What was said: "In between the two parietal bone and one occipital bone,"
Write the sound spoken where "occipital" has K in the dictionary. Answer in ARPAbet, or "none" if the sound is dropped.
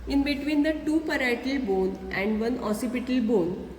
none